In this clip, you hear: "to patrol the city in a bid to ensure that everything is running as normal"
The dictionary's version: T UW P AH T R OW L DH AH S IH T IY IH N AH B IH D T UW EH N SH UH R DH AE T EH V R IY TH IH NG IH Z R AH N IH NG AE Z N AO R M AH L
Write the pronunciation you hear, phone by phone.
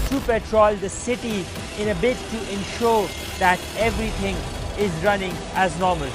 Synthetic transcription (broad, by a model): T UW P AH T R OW L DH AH S IH T IY IH N AH B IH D T UW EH N SH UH R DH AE T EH V R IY T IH NG IH Z R AH N IH NG AE Z N AO R M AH L